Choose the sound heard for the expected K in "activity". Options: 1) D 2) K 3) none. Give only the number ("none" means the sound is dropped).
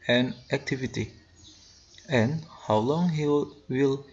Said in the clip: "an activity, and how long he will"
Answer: 2